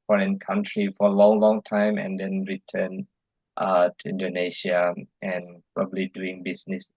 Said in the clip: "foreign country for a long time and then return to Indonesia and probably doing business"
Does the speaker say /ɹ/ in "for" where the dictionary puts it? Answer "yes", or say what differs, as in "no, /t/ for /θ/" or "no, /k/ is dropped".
no, /l/ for /ɹ/